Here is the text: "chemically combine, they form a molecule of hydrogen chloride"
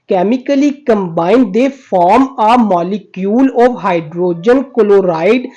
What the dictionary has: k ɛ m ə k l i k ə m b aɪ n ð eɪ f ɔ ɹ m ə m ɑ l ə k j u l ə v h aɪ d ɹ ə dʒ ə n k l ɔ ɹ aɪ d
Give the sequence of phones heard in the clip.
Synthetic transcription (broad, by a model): k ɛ m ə k l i k ə m b aɪ n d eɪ f ɔ ɹ m ə m ɑ l ə k j u l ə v h aɪ d ɹ ə dʒ ə n k l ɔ ɹ aɪ d